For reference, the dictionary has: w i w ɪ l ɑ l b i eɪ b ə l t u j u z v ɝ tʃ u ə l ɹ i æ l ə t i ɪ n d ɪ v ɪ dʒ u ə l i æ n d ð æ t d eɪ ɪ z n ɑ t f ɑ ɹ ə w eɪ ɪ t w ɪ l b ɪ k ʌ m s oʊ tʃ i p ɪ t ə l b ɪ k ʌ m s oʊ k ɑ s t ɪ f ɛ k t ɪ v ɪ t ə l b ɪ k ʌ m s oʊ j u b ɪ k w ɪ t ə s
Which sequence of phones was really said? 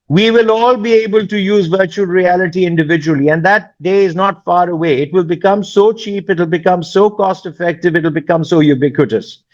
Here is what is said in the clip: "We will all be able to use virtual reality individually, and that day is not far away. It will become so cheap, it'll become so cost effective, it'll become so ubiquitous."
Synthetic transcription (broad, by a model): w i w ɪ l ɑ l b i eɪ b ə l t u j u z v ɝ tʃ u ə l ɹ i æ l ə t i ɪ n d ɪ v ɪ dʒ u ə l i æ n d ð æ t d eɪ ɪ z n ɑ t f ɑ ɹ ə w eɪ ɪ t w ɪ l b ɪ k ʌ m s oʊ tʃ i p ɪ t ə l b ɪ k ʌ m s oʊ k ɑ s t ɪ f ɛ k t ɪ v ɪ t l b ɪ k ʌ m s oʊ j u b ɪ k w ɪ t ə s